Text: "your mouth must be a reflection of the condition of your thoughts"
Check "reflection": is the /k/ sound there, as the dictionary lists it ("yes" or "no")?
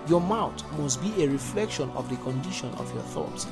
yes